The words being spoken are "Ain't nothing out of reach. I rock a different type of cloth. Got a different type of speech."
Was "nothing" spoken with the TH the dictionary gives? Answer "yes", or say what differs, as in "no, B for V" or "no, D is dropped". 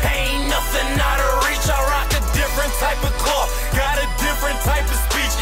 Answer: no, T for TH